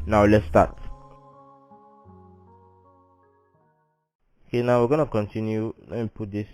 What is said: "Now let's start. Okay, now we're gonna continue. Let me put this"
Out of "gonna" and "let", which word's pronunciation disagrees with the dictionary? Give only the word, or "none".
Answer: let